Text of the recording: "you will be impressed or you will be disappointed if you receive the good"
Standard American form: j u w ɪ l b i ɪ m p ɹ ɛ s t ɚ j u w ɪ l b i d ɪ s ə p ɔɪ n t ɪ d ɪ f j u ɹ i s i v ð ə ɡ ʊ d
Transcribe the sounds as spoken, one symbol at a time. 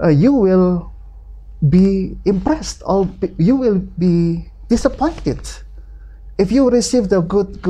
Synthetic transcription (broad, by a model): j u w ɪ l b i ɪ m p ɹ ɛ s t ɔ j u w ɪ l b i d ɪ s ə p ɔɪ n t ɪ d ɪ f j u ɹ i s i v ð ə ɡ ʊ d